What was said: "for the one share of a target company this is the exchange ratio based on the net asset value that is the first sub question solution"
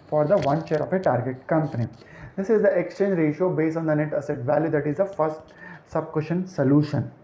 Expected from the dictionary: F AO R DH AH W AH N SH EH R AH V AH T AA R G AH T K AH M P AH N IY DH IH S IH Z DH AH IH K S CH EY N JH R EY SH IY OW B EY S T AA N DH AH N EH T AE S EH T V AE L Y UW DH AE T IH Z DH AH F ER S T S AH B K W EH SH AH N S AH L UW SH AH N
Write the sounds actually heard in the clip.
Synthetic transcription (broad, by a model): F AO R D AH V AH N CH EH R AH F AH T AA R G AH T K AH M P AH N IY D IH S IH Z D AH IH K S CH EY N JH R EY SH OW B EY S AA N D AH N EH T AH S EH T V AE L Y UW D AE T IH Z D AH F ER S T S AH B K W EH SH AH N S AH L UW SH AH N